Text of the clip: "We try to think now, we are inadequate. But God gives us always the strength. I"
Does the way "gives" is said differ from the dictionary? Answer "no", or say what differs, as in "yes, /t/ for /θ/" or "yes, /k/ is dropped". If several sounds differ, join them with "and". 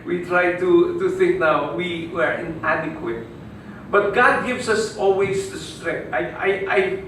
yes, /s/ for /z/